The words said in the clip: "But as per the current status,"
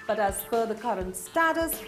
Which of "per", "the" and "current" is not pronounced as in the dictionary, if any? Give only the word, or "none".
per